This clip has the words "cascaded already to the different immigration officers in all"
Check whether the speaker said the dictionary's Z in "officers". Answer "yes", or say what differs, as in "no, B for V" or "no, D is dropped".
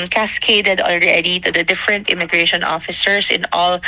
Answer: no, S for Z